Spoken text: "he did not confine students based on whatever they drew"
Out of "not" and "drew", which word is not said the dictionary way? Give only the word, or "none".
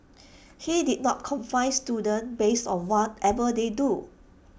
drew